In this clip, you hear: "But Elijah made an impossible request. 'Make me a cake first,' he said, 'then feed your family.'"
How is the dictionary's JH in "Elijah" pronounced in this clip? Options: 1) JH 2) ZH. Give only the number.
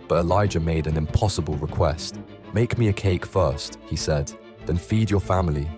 1